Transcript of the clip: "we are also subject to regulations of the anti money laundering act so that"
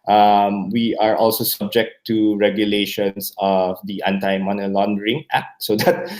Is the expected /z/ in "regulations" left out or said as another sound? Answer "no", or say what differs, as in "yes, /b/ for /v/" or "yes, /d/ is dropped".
yes, /s/ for /z/